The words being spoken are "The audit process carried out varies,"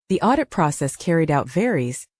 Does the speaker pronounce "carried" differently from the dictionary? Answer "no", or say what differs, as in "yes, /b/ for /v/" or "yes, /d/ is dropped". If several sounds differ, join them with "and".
no